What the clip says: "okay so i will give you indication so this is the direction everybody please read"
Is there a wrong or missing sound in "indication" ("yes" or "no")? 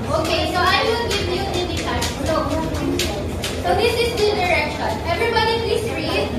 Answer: yes